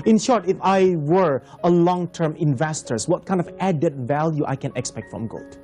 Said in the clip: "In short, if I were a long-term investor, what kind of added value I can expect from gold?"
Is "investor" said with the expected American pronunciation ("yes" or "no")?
yes